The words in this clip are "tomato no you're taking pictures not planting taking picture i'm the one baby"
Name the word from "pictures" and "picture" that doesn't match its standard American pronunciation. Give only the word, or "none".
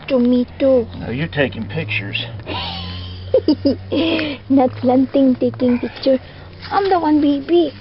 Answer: picture